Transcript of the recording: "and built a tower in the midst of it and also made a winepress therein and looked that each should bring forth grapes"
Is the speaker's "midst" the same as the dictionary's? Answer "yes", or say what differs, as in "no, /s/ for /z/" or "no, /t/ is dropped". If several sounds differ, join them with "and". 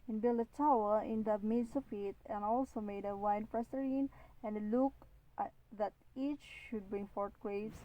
no, /t/ is dropped